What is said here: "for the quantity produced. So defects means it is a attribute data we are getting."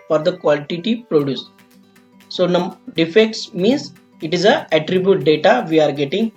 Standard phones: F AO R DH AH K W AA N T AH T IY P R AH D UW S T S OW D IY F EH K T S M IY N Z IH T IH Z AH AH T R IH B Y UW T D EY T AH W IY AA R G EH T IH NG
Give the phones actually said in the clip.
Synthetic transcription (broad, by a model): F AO R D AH K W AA L T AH T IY P R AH D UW S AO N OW D IY F EH K T S M IY N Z IH T IH Z AH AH T R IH B Y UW T D EY T AH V IY AA R G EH T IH NG